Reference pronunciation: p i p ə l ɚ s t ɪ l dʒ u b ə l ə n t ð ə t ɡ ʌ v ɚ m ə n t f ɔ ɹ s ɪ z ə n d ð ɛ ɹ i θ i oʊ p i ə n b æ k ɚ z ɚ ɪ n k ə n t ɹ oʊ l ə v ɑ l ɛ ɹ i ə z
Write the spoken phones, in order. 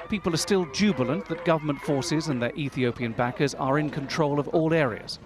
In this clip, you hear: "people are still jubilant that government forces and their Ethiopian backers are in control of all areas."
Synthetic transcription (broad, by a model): p i p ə l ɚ s t ɪ l dʒ u b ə l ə n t ð ə t ɡ ʌ v ɚ m ə n t f ɔ ɹ s ɪ z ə n ð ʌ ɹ i θ i oʊ p i ə n b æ k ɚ z ɚ ɪ n k ə n t ɹ oʊ l ə v ɑ l ɛ ɹ i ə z